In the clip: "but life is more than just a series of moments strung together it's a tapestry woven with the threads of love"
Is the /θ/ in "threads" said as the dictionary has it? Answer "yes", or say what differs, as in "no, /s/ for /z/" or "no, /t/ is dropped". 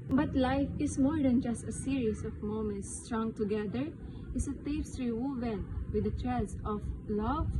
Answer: no, /t/ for /θ/